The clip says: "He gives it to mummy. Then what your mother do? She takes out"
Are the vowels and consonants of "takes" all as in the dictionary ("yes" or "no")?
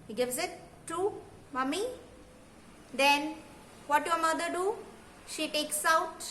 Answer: yes